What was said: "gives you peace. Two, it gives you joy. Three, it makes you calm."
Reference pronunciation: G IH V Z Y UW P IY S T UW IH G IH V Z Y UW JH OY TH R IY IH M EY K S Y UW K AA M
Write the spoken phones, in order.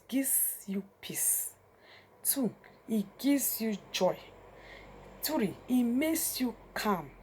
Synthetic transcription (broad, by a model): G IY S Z Y UW P IY S T UW IH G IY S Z Y UW JH OY T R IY IH M EY K S Y UW K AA M